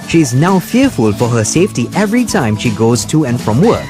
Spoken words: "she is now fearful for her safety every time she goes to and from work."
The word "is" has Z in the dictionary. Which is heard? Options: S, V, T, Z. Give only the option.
Z